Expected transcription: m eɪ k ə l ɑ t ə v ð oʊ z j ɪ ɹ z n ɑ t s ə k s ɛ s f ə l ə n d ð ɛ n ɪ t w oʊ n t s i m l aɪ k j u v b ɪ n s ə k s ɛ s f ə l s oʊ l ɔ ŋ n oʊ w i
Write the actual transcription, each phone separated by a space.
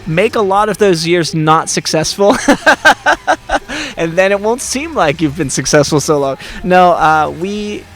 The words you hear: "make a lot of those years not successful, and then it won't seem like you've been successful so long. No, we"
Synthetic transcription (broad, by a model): m eɪ k ə l ɑ t ə v ð oʊ z j ɪ ɹ z n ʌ t s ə k s ɛ s f l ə n ð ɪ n ɪ t w oʊ n t s i m l aɪ k j u v b ɪ n s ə k s ɛ s f l s oʊ l ɔ ŋ n oʊ w i